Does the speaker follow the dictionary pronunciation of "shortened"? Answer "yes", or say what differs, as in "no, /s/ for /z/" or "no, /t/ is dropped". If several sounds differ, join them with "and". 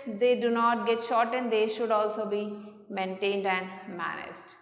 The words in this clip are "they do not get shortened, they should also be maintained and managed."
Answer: yes